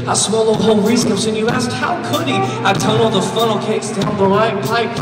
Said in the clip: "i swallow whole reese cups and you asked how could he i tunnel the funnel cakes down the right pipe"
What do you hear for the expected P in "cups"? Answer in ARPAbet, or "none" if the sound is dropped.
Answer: none